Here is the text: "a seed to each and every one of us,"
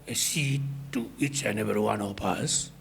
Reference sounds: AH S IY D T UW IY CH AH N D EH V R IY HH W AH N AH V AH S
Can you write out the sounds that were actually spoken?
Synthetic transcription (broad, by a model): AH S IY T UW IY CH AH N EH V IY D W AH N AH P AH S